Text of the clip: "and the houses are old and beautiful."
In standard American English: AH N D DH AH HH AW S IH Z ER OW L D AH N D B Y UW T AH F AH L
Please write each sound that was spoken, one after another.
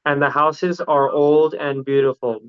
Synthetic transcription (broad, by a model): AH N DH AH HH AW S IH Z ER OW L D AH N B Y UW T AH F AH L